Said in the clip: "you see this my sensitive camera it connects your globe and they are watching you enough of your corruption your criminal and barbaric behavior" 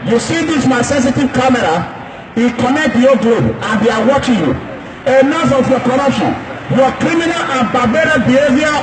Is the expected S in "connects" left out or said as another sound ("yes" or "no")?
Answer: yes